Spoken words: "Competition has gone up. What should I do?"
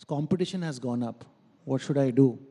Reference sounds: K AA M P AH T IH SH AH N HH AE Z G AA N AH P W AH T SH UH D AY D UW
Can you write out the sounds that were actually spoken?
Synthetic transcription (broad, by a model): K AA M P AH T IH SH AH N HH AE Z G AA N AH P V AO T SH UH D AY D UW